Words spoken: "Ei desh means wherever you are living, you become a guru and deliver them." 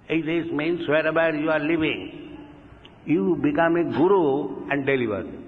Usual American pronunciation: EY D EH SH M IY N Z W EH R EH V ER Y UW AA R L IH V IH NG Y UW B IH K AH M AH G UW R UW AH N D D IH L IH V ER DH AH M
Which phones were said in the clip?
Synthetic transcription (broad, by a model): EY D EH S M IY N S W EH R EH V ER Y UW AA R L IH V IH NG Y UW B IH K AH M AH G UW R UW AH N D D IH L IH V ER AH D